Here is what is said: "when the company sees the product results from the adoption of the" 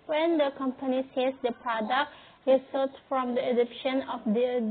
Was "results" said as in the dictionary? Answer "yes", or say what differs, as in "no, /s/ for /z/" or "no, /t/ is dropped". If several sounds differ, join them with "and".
no, /s/ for /z/ and /s/ is dropped